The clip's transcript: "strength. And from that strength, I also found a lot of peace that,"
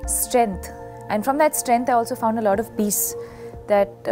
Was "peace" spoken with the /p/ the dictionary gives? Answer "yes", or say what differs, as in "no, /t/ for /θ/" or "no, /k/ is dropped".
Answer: no, /b/ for /p/